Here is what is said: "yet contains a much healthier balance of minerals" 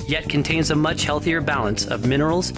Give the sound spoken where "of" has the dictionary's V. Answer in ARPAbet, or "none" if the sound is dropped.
V